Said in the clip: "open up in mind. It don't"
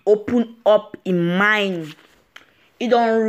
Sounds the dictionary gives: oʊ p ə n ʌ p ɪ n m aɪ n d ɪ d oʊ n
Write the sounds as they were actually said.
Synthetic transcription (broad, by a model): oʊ p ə n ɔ p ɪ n m aɪ n ɪ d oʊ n